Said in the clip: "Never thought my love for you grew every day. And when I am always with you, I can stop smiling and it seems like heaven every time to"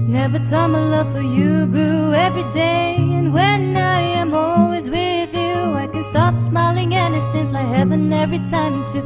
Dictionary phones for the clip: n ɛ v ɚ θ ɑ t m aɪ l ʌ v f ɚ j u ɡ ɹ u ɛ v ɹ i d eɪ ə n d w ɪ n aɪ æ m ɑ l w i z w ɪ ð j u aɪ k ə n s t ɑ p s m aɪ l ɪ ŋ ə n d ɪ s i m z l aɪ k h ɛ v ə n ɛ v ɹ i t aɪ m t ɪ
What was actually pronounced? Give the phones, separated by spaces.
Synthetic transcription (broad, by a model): n ɛ v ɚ t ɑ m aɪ l ʌ v f ɚ j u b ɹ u ɛ v ɹ i d eɪ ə n w ɪ n aɪ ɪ m ɑ l w i z w ɪ ð j u aɪ k ə n s t ɑ p s m aɪ l ɪ ŋ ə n ɪ s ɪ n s aɪ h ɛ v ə n ɛ v ɹ i t aɪ m t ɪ